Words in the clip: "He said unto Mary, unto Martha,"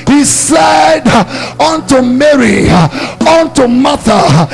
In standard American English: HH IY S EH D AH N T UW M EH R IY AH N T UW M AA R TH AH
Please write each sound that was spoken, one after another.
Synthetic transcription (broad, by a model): HH IY S EH D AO N T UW M EH R IY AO N T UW M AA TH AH